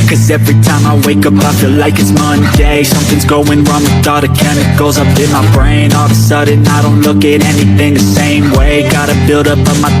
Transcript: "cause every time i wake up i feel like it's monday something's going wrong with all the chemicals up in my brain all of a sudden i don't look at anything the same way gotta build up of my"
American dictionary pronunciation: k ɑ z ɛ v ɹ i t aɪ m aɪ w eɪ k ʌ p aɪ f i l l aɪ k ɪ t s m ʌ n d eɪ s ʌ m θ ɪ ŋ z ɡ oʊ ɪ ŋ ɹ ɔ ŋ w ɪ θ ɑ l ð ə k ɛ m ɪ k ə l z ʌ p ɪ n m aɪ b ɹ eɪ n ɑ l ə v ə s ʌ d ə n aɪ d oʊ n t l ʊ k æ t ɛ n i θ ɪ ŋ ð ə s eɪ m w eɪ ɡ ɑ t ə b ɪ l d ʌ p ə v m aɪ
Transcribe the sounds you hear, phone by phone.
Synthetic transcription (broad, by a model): k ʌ z ɛ v ɹ i t aɪ m aɪ w eɪ k ʌ p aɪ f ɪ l l aɪ k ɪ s m ʌ n d eɪ s ʌ m θ ɪ ŋ z ɡ oʊ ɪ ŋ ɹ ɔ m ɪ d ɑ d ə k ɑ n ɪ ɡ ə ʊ z ʌ p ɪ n m aɪ b ɹ eɪ n ɑ l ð ə s ʌ d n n aɪ d oʊ n t l ʊ k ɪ t ɛ n i θ ɪ ŋ ð ə s eɪ m w eɪ ɡ ɑ t ə b ɪ l d ʌ p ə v m aɪ